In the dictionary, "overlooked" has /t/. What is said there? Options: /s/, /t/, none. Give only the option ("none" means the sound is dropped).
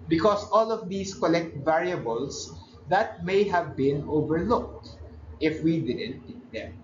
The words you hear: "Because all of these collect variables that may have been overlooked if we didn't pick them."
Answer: /t/